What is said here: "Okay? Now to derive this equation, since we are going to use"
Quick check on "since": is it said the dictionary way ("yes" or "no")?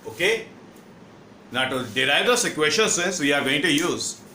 yes